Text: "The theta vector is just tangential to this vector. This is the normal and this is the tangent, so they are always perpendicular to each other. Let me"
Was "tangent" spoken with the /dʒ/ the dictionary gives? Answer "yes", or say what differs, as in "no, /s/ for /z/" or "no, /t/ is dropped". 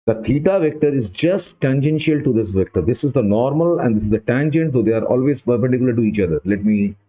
yes